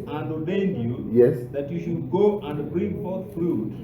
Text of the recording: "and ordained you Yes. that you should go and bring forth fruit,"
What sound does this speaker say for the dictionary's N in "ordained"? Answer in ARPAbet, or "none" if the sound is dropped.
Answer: N